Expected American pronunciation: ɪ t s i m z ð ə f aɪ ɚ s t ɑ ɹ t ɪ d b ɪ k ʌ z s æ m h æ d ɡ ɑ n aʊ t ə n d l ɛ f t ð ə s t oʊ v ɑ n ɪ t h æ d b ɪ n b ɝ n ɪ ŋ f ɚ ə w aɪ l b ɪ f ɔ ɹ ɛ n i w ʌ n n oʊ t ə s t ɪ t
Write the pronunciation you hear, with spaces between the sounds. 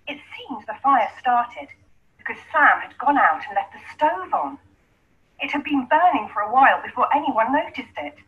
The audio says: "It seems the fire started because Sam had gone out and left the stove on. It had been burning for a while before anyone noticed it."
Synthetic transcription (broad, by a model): ɪ t s i m z ð ə f aɪ ɚ s t ɑ ɹ t ɪ d b ɪ k ʌ z s æ m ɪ d ɡ ɑ n aʊ t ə n l ɛ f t ð ə s t oʊ v n ɪ t h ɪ d b ɪ n b ɝ n ɪ ŋ f ɚ ə w aɪ l b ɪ f ɔ ɹ ɛ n i w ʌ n n oʊ t ə s t ɪ t